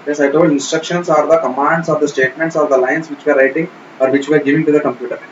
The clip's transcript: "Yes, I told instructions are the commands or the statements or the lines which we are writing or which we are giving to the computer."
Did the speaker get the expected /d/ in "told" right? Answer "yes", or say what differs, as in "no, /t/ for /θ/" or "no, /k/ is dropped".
no, /d/ is dropped